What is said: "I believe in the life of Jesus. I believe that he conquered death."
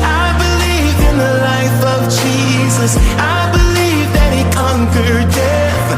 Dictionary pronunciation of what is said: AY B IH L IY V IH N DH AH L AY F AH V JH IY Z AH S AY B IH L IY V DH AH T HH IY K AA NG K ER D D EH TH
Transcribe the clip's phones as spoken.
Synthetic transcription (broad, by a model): AY B IH L IY V IH N DH AH L AY F AH V JH IY Z AH S AY B IH L IY V DH AH T HH IY K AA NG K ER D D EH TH